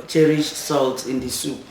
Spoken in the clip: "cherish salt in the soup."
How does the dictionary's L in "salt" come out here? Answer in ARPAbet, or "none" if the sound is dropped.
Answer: L